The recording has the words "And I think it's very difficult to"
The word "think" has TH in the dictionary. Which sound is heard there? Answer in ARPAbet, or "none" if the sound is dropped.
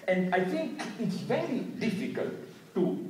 T